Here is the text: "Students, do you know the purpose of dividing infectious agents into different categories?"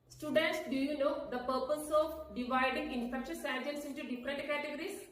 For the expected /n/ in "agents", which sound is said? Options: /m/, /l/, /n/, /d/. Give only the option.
/l/